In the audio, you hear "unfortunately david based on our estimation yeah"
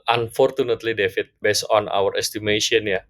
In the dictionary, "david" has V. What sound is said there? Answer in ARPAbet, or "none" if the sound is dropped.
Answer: F